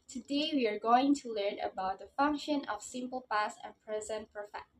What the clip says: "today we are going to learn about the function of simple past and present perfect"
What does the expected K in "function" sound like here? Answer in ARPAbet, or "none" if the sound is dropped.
K